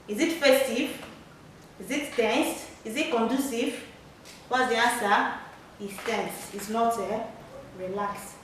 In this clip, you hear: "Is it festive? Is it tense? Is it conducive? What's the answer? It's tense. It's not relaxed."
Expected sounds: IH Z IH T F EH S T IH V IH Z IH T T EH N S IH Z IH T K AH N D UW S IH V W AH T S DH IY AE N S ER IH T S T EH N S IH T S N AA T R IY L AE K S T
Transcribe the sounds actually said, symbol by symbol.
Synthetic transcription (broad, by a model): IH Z IH T F EH S T IH V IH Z IH T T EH N S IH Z IH T K AH N D UW S IH V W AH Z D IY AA N S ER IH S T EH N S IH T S N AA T R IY L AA K S